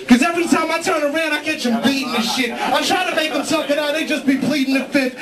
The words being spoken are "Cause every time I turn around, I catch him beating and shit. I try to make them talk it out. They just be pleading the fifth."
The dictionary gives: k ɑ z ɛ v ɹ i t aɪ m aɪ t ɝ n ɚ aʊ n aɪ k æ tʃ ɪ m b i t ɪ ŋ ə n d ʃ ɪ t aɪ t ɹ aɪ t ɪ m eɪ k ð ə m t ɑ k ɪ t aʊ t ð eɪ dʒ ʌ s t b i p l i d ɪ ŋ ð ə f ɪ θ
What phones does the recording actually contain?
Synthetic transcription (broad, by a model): k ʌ z ɛ v ɹ i t aɪ m aɪ t ɝ n ɚ aʊ n aɪ k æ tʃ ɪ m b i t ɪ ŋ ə ʃ ɪ t aɪ t ɹ aɪ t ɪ m eɪ k ð ə m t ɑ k ɪ t aʊ t ð eɪ dʒ ʌ s b i p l i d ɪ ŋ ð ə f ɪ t